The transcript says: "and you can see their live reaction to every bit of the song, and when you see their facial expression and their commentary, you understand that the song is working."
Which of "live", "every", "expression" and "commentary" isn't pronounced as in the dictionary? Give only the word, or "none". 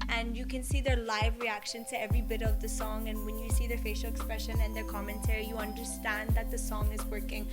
none